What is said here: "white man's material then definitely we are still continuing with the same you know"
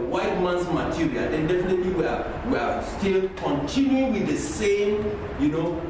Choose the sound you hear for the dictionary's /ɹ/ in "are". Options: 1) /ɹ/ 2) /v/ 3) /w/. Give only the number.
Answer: 3